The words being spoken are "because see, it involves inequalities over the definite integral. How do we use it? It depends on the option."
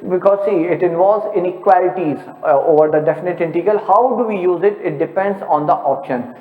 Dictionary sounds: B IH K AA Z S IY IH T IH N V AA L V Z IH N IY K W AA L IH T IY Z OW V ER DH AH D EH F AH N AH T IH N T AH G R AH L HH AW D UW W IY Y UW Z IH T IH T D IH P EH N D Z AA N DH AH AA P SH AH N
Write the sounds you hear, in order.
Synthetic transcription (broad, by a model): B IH K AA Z S IY IH T IH N V AA L V Z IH N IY K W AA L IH T IY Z OW V ER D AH D EH F AH N AH T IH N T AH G AH L HH AW D UW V IY Y UW Z IH T IH T D IH P EH N D Z AA N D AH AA P SH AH N